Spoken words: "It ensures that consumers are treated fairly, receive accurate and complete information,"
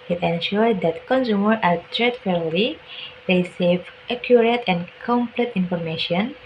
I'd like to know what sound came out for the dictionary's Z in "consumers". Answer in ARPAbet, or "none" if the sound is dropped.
none